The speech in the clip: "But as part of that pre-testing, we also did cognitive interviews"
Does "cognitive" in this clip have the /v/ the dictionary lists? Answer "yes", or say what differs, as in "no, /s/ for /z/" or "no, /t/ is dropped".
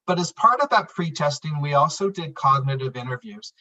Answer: yes